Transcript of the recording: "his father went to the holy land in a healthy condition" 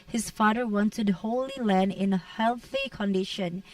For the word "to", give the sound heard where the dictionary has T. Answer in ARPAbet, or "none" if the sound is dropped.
T